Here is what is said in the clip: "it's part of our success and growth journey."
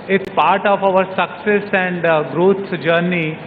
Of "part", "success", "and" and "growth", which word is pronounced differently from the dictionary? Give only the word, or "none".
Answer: growth